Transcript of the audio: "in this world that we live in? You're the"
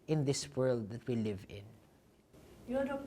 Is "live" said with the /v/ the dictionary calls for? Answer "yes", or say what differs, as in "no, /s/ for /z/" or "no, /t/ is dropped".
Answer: yes